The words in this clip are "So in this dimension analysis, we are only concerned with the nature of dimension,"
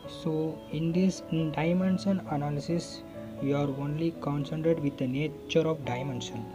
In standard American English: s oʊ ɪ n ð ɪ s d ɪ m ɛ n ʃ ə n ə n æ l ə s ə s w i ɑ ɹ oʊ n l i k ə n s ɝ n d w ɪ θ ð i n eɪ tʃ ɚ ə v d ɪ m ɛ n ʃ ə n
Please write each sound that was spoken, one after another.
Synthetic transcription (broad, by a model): s oʊ ɪ n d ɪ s d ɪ m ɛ n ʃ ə n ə n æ l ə s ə s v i ɑ ɹ oʊ n l i k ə n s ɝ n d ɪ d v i n eɪ tʃ ɚ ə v d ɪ m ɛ n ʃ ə n